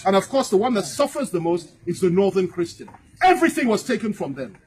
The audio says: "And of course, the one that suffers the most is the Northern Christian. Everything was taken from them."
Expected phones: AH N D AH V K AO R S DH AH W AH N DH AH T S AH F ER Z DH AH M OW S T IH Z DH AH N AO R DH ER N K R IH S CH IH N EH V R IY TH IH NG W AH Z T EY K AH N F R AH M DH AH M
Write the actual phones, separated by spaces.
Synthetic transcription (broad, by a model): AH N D AH V K AO R S DH AH W AH N DH AH T S AH F ER Z DH AH M OW S T IH Z DH AH N AO R DH ER N K R IH S CH IH N EH V R IY TH IH NG W AH Z T EY K AH N F R AH M DH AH M